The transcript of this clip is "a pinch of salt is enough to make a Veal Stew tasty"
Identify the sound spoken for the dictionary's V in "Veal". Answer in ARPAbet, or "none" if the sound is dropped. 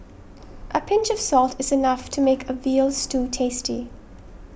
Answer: V